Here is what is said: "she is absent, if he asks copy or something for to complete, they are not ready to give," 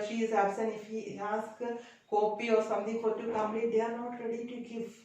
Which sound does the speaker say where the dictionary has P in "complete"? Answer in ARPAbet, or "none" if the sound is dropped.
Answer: none